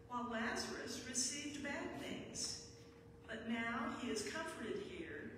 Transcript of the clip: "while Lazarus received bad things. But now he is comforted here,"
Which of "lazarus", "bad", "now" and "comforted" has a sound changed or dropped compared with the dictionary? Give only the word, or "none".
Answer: none